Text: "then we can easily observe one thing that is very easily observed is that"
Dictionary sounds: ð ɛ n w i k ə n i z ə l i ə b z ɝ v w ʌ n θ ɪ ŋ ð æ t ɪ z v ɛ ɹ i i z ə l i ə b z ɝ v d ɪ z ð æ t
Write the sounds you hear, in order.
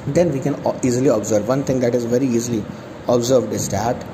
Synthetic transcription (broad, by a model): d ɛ n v i k ə n i z ə l i ə b z ɝ v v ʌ n t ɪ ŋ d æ t ɪ z v ɛ ɹ i i z ə l i ə b z ɝ v d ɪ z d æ t